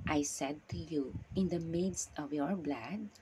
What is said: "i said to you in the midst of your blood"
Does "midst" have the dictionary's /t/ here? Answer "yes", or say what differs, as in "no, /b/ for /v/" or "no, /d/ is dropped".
yes